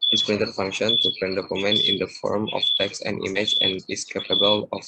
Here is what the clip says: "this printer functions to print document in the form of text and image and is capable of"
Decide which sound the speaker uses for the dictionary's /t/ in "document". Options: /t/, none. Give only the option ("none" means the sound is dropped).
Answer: none